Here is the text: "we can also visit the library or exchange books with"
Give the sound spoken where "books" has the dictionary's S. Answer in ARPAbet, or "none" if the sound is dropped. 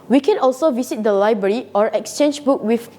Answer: none